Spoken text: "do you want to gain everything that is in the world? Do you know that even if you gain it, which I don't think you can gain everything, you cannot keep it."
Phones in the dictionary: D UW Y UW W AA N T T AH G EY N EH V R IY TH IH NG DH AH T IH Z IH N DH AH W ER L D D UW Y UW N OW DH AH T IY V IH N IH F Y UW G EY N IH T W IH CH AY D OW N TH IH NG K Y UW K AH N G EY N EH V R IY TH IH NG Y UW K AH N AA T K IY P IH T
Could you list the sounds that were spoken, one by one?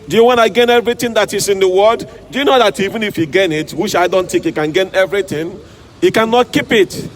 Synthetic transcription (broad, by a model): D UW Y UW W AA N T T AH G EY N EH V R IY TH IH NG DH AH T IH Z IH N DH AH W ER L D D UW Y UW N OW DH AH T IY V IH N IH F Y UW G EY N IH T W IH CH AY D OW N T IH K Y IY K AH N G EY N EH V R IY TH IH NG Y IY K AH N AA T K IY P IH T